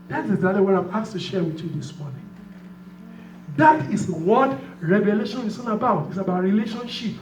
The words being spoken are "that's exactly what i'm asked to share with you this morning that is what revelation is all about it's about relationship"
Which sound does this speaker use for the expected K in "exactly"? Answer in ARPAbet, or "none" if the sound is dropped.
none